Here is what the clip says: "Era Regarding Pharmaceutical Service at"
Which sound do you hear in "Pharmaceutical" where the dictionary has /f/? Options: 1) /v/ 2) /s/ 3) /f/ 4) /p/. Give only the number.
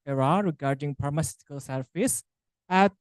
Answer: 4